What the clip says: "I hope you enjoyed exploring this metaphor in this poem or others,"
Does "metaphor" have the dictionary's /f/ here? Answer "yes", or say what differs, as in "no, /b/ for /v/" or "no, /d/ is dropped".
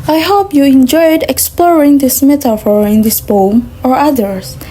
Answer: yes